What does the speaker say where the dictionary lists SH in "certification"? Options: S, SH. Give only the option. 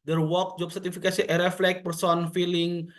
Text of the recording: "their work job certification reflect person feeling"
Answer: S